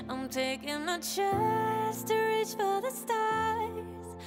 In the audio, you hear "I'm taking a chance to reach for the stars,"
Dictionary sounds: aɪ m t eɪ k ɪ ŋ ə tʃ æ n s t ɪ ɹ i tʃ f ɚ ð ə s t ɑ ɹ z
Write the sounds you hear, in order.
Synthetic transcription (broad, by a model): aɪ m t eɪ k ɪ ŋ ə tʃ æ s t ɪ ɹ i tʃ f ɚ ð ə s t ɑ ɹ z